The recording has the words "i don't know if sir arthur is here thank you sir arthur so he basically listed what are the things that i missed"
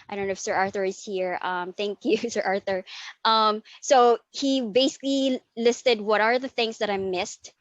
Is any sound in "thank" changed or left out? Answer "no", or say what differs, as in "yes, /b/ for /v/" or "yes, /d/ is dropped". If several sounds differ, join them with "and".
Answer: no